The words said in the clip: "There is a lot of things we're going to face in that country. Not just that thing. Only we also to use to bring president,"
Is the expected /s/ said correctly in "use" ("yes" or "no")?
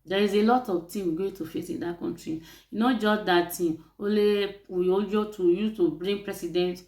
no